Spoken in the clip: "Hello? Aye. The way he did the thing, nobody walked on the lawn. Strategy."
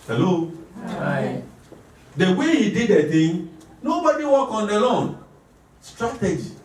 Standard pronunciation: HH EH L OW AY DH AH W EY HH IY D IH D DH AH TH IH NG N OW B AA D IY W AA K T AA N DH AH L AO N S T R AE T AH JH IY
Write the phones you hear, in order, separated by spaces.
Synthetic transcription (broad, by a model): HH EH L OW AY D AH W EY HH IY D IH D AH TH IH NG N OW B AA D IY W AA K AA N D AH L AO N S T R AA T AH JH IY